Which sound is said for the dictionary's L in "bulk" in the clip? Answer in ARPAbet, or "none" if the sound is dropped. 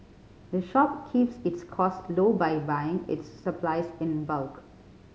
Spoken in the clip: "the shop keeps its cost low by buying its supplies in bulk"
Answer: L